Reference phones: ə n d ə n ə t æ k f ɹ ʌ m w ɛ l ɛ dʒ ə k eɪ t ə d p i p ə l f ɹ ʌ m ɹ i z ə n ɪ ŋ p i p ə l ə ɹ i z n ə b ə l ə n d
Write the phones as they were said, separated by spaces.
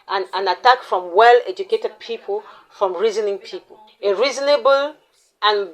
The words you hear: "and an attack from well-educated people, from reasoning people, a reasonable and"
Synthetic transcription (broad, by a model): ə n ə n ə t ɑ k f ɹ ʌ m w ɛ l ɛ dʒ ə k eɪ t ə d p i p ə l f ɹ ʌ m ɹ i z ə n ɪ ŋ p i p ə l ə ɹ i z n ə b ə l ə n